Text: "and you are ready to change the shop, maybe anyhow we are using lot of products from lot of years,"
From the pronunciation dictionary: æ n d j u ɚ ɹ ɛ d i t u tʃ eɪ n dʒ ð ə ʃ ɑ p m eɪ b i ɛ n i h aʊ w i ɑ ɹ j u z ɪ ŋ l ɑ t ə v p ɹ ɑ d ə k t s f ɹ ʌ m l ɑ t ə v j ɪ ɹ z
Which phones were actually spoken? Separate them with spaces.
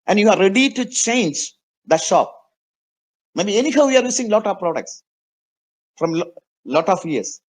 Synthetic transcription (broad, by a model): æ n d j u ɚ ɹ ɛ d i t u tʃ eɪ n dʒ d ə ʃ ɑ p m eɪ b i ɛ n i h aʊ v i ɑ ɹ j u s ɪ ŋ l ɑ t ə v p ɹ ɑ d ə k t s f ɹ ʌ m l ɑ t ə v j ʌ ɹ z